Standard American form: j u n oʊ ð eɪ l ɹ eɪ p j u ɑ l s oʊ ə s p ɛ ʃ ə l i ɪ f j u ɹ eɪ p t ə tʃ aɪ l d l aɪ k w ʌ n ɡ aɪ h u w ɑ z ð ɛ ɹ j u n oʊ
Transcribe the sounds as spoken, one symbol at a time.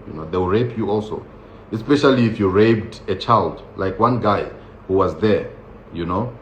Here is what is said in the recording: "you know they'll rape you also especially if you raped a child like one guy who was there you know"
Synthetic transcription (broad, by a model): j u n oʊ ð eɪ w ɹ eɪ p j u ɑ l s oʊ ə s p ɛ ʃ ə l i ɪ f j u ɹ eɪ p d ə tʃ aɪ l d l aɪ k w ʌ n ɡ aɪ h u w ɑ z ð ɛ ɹ j u n oʊ